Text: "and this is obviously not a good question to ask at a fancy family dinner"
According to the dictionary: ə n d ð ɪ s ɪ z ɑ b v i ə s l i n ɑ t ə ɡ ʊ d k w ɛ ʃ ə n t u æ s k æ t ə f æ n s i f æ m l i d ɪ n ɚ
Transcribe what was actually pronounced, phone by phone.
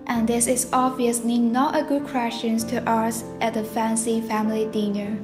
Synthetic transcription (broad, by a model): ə n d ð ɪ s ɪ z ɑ v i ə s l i n ɑ t ə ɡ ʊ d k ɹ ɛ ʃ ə n t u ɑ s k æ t ə f æ n s i f æ m l i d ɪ n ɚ